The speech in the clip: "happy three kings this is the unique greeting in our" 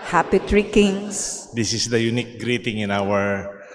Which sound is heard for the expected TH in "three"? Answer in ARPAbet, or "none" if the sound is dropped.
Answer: T